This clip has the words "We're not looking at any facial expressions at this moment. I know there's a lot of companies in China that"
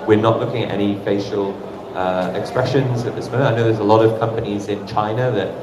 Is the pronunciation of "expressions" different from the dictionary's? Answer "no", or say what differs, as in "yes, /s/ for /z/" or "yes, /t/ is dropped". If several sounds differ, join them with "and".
no